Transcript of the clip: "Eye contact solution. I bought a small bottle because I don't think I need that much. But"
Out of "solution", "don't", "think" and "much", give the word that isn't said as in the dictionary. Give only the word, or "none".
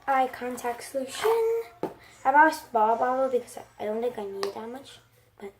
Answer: think